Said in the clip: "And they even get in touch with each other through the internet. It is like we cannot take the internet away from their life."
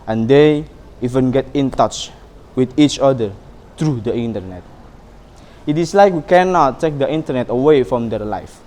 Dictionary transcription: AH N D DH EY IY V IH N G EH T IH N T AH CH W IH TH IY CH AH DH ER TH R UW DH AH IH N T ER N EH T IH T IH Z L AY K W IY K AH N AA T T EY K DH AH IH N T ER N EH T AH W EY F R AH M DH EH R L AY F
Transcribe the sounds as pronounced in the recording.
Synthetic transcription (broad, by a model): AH N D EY IY V IH N G EH T IH N T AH CH W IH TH IY CH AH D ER T R UW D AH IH N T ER N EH T IH T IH S L AY K W IY K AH N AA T T EY K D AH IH N T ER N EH T AH W EY F R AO M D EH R L AY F